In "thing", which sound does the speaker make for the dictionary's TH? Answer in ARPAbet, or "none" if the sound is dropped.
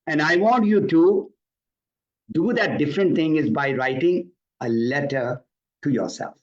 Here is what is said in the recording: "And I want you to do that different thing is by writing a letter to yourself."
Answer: T